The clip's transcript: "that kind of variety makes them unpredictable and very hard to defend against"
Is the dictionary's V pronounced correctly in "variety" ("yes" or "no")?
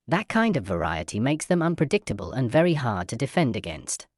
yes